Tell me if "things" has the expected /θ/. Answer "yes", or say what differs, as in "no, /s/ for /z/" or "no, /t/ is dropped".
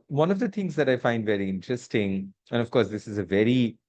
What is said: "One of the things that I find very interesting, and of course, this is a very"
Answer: no, /t/ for /θ/